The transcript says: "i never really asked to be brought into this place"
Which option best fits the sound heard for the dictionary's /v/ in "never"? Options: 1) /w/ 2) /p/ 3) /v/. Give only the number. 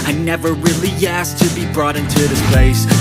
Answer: 3